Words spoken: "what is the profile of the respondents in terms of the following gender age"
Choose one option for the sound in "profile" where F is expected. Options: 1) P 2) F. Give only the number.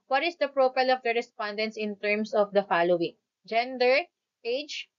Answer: 1